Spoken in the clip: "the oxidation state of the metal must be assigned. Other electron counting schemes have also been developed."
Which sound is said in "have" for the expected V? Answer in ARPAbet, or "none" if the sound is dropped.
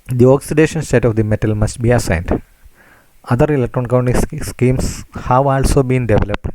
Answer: V